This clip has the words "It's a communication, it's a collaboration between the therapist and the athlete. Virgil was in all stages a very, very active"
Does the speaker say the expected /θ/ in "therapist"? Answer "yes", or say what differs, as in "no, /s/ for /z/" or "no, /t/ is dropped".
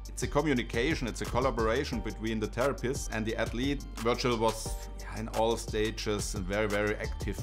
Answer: no, /t/ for /θ/